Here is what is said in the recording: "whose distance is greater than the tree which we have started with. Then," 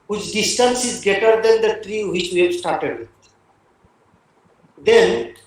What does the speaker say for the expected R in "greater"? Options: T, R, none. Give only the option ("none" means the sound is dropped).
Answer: none